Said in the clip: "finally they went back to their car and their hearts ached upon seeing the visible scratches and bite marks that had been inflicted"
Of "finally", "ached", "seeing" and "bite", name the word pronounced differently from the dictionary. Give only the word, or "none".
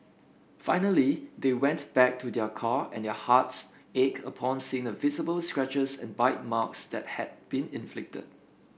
ached